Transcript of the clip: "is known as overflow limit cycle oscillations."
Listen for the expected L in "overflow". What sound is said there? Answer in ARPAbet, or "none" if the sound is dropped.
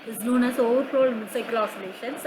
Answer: none